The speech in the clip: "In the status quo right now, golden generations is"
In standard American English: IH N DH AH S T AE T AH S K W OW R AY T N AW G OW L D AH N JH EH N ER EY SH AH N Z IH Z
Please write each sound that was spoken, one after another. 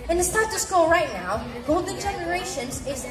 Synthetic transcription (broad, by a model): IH N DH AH S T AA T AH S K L R AY T N AW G OW L D N JH EH N ER EY SH AH N Z IH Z